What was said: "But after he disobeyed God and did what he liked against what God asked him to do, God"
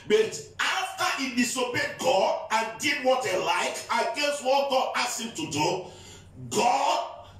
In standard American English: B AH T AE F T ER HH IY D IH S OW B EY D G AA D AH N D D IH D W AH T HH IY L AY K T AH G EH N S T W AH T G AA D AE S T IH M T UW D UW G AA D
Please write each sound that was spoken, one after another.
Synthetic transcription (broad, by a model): B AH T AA F T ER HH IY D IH S OW B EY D G AA D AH N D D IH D W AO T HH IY L AY K AH G EH N S T W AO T G AA D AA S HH IH M T UW D UW G AA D